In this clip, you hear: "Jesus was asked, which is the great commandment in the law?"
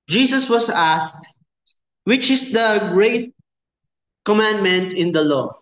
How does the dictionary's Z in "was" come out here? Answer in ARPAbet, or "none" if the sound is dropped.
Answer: S